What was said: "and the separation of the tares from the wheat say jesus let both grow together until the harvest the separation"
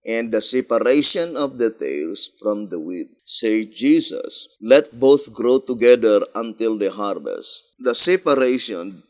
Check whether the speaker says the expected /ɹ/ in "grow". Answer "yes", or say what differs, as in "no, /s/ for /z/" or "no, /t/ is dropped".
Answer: yes